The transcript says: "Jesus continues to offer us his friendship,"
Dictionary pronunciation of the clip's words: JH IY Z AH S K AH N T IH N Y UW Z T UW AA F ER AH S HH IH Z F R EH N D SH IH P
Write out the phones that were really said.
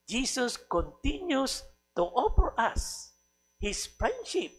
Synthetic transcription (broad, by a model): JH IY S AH S K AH N T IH N Y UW S T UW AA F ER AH S HH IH S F R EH N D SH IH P